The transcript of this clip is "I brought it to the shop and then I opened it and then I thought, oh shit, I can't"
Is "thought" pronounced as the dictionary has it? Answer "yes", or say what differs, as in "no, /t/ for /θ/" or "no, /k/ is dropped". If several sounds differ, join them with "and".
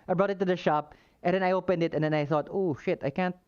yes